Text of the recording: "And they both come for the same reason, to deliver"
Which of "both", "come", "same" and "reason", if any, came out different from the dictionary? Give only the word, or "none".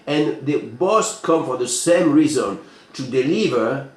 both